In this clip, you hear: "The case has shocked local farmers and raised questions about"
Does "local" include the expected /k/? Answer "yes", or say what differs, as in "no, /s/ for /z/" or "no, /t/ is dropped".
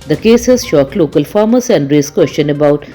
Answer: yes